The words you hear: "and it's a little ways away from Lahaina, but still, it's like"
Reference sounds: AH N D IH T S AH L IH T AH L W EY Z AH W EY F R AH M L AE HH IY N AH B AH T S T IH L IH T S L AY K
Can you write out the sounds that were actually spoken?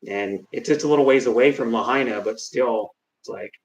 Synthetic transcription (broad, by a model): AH N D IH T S AH L IH T L W EY Z AH W EY F R AH M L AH HH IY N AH B AH T S T IH L IH T S L AY K